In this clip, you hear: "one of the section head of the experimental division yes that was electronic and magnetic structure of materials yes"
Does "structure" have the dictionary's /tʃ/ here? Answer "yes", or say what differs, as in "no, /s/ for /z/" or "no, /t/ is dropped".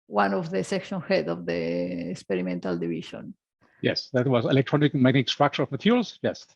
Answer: no, /ʃ/ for /tʃ/